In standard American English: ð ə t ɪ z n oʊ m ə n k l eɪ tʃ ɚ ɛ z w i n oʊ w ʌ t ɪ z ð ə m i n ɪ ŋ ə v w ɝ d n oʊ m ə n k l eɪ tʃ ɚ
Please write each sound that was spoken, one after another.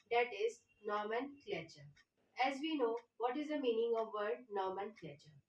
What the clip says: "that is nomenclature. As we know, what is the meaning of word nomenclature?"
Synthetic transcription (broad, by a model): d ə t ɪ z n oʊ m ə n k l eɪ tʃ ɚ ɛ z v i n oʊ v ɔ t ɪ z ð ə m i n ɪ ŋ ə v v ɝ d n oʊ m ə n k l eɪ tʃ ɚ